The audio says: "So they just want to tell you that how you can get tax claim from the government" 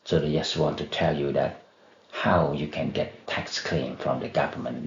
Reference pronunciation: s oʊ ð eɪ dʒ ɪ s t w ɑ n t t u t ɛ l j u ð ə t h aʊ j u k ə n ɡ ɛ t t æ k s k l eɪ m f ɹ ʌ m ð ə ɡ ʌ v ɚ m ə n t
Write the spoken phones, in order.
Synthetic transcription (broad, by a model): s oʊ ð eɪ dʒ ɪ s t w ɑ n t t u t ɛ l j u ð ə t h aʊ j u k ə n ɡ ɛ t t æ k s k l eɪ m f ɹ ʌ m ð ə ɡ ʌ v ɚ m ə n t